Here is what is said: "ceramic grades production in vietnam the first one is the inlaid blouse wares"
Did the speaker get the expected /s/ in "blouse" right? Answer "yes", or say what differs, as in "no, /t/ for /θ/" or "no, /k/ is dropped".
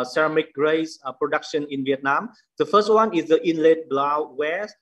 no, /s/ is dropped